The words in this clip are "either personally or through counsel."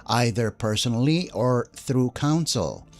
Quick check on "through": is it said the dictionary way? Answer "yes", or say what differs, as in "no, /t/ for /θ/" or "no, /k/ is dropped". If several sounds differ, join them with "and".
yes